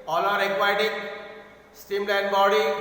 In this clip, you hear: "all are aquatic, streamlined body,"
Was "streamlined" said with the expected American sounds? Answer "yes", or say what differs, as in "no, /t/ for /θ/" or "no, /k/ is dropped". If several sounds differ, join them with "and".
no, /ɹ/ is dropped